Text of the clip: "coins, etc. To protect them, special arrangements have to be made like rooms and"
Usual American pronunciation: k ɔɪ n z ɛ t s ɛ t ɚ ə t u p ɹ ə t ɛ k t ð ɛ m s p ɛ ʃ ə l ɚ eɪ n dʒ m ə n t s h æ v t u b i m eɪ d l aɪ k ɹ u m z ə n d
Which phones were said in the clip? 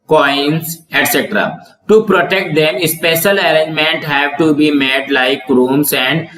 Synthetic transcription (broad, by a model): k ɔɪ n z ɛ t s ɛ t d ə t u p ɹ ə t ɛ k t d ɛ m s p ɛ ʃ ə l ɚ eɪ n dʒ m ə n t h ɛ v t u b i m eɪ d l aɪ k ɹ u m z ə n d